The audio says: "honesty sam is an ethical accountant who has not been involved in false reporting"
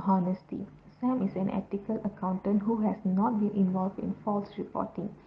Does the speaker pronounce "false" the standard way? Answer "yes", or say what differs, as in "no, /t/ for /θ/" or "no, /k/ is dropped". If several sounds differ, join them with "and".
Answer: yes